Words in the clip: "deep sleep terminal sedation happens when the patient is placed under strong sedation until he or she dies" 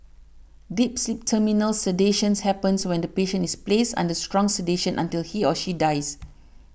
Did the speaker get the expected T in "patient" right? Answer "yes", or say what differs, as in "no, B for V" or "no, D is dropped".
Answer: no, T is dropped